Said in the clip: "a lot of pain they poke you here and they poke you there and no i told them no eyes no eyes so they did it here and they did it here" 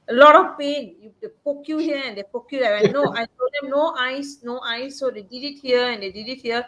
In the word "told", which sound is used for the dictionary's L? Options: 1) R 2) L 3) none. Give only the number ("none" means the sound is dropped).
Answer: 3